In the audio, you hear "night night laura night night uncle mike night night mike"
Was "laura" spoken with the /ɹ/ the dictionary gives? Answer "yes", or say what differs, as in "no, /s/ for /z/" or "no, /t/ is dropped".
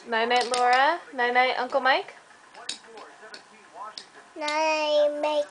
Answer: yes